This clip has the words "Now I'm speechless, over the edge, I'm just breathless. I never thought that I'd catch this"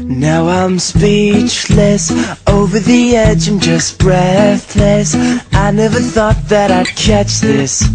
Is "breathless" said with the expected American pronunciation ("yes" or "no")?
yes